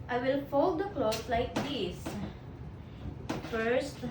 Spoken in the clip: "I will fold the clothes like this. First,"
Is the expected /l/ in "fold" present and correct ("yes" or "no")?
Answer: yes